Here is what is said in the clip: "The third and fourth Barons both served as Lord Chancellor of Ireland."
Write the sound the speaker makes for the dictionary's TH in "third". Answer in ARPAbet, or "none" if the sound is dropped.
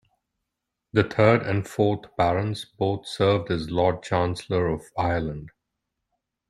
T